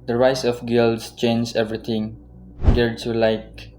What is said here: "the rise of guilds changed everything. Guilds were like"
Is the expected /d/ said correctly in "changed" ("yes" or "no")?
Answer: no